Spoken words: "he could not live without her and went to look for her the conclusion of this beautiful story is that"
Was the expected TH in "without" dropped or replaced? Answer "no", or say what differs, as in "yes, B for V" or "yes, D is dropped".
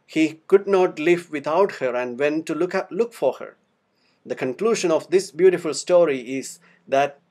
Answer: yes, T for TH